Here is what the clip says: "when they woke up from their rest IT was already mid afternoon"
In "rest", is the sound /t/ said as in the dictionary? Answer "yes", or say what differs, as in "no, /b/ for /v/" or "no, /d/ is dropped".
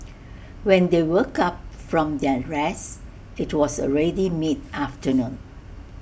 no, /t/ is dropped